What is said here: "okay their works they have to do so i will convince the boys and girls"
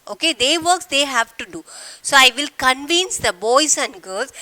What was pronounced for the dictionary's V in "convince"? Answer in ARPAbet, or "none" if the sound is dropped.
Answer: V